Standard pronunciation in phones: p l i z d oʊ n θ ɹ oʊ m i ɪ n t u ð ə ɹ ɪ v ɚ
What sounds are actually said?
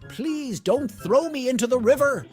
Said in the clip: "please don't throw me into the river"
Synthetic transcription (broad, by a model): p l i z d oʊ n θ ɹ oʊ m i ɪ n t u ð ə ɹ ɪ v ɚ